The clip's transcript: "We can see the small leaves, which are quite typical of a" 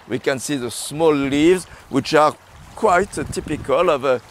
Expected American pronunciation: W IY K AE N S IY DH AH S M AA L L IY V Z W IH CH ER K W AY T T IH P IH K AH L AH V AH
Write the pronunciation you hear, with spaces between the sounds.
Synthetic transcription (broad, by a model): W IY K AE N S IY DH AH S M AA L L IY V Z W IH CH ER K W AY T T IH P IH K AH L AH V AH